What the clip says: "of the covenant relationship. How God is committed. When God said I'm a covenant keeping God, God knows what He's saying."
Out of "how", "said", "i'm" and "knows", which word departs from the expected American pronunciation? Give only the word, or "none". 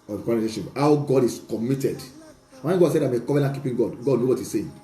knows